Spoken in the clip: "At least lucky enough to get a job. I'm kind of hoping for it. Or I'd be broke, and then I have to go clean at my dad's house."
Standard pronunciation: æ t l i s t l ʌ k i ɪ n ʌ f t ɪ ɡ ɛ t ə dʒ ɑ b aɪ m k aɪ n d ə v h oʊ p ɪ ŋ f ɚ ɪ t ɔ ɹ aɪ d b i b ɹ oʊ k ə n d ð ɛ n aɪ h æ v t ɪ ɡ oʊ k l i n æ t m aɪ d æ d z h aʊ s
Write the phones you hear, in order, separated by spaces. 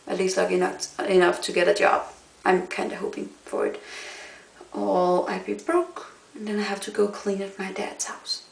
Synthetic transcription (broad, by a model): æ t l i s t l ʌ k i ɪ n ʌ f t ɪ ɡ ɛ t ə dʒ ɑ b aɪ m k aɪ n d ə h oʊ p ɪ ŋ f ɚ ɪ t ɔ l aɪ b i b ɹ oʊ k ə n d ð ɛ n aɪ h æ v t ɪ ɡ oʊ k l i n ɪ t m aɪ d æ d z h aʊ s